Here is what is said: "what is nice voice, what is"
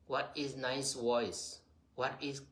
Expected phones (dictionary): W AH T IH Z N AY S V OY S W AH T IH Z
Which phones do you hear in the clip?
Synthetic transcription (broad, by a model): W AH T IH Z N AY S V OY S W AH T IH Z